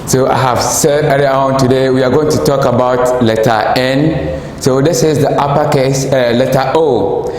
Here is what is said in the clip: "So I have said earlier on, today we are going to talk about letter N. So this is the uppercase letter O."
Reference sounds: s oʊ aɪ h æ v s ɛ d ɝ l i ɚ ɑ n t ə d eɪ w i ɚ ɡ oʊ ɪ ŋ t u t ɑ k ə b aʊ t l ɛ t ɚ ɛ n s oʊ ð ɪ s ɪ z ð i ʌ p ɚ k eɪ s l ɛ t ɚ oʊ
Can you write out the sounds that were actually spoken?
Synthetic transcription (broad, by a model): s oʊ aɪ h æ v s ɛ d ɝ i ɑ ɑ n t ə d eɪ w i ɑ ɡ oʊ ɪ ŋ t u t ɑ k ə b aʊ t l ɛ t ɚ ɛ n s oʊ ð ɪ s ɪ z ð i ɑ p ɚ k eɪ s l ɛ t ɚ oʊ